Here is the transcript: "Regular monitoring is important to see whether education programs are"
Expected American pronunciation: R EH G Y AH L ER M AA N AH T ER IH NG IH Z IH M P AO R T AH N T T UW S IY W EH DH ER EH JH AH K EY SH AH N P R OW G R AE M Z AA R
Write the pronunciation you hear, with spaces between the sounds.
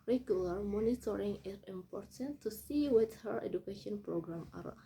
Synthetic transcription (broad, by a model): R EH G Y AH L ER M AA N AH T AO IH NG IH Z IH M P AO R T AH N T T UW S IY W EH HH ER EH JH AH K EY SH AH N P R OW G R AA M AA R